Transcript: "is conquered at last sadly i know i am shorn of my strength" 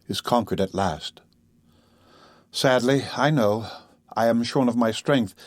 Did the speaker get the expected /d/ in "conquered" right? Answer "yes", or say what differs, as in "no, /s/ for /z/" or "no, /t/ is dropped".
yes